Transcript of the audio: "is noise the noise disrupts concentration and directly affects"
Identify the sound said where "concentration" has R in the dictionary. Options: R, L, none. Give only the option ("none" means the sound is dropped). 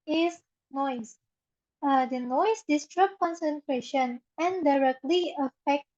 R